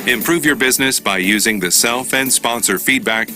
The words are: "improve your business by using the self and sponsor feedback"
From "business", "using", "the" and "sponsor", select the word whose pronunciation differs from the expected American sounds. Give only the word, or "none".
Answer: none